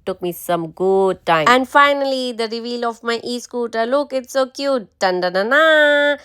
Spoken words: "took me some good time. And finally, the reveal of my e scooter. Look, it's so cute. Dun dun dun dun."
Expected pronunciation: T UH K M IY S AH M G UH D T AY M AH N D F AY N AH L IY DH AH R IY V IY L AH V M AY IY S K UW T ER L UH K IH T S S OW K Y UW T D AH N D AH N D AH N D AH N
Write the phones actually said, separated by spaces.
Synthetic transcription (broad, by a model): T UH K M IY S AH M G UH D T AY AH N D F AY N AH L IY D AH R IY V IY L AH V M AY IY S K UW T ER L UH K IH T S S OW K Y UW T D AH N D AH N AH N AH